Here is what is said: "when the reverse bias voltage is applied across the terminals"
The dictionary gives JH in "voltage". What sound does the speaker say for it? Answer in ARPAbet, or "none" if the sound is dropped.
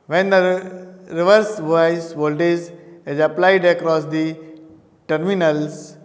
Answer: Z